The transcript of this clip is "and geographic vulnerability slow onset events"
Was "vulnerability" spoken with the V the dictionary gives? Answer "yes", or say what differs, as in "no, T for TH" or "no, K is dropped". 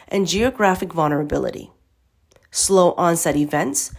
yes